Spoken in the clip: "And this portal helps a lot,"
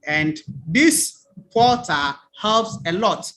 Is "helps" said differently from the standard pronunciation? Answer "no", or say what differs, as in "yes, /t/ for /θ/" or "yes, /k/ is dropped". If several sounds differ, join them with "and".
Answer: no